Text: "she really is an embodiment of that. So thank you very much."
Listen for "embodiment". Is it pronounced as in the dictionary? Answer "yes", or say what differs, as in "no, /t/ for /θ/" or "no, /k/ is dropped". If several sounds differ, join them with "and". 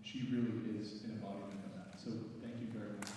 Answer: no, /m/ is dropped and /t/ is dropped